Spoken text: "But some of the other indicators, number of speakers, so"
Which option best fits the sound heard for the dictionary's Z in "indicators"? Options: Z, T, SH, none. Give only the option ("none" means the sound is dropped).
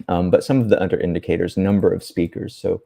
Z